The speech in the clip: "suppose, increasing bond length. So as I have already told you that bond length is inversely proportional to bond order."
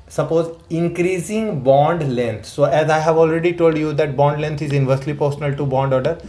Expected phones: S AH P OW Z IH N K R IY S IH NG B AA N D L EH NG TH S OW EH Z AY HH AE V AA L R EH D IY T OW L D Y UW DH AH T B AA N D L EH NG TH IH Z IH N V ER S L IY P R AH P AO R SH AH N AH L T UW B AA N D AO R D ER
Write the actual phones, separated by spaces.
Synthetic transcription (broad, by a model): S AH P OW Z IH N K R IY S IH NG B AA N D L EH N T S OW EH Z AY HH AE V AA L R EH D IY T OW L D Y UW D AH T B AA N D L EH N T IH Z IH N V ER S L IY P AH R S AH N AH L T UW B AA N D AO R D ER